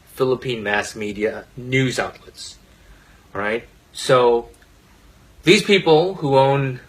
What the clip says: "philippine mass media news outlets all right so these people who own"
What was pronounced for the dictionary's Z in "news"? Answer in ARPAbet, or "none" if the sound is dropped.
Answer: Z